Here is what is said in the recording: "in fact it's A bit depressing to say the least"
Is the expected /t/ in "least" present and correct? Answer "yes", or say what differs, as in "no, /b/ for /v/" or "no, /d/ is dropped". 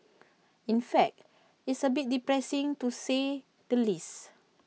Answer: no, /t/ is dropped